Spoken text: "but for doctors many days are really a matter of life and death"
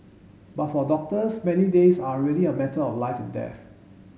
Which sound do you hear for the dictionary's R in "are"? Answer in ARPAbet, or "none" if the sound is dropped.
L